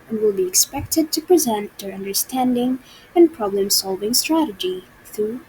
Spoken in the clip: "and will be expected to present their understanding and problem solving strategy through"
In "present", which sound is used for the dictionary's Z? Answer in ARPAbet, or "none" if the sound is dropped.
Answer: Z